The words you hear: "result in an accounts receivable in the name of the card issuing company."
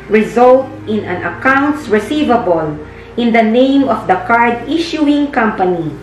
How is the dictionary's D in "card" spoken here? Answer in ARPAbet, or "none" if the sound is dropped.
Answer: D